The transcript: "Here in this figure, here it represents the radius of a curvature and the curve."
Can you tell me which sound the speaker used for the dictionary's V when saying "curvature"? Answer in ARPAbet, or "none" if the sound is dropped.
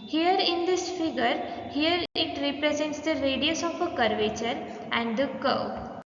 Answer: V